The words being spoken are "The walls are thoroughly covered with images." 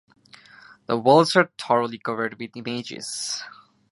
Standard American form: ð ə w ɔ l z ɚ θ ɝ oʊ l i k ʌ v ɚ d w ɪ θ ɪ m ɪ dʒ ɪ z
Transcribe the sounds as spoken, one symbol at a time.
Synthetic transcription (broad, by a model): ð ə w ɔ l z ɚ t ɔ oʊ l i k ʌ v ɚ d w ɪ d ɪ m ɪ dʒ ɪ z